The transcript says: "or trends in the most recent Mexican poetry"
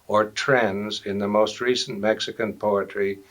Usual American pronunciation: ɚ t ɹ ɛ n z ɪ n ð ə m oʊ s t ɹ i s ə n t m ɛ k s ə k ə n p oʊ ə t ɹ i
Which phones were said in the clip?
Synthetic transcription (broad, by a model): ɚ t ɹ ɛ n z ɪ n ð ə m oʊ s t ɹ i s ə n m ɛ k s ə k ə n p oʊ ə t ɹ i